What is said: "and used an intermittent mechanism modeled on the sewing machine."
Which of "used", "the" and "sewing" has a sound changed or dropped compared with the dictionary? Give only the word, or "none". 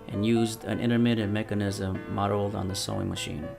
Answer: none